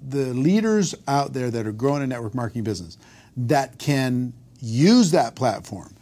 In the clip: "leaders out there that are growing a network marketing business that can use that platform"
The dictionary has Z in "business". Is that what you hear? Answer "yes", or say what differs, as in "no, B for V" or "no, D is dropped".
yes